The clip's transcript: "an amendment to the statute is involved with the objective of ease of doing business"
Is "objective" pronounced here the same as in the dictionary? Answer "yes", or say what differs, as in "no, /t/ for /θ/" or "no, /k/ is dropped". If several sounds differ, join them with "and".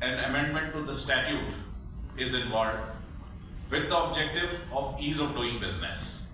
yes